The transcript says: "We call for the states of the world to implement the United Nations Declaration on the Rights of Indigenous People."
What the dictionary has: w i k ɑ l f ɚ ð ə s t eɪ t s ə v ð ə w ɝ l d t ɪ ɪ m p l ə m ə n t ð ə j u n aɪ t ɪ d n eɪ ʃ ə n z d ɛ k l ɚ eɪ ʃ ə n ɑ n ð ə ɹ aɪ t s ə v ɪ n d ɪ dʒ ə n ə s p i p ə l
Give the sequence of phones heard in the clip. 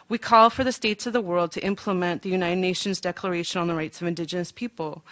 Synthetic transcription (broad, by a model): w i k ɑ l f ɚ ð ə s t eɪ t s ə v ð ə w ɝ l d t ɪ ɪ m p l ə m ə n ð ə j u n aɪ t ɪ d n eɪ ʃ ə n z d ɛ k l ɚ eɪ ʃ ə n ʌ n ð ə ɹ aɪ t s ə v ɪ n d ɪ dʒ ə n ə s p i p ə l